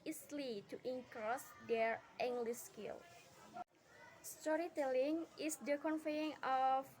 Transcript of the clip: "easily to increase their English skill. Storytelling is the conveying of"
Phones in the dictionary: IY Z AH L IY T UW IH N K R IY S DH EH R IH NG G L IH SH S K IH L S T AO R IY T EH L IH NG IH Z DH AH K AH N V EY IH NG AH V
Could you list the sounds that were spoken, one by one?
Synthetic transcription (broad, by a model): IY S L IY T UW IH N K R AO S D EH R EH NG G L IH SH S K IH L S T AO R IY T EH L IH NG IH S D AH K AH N F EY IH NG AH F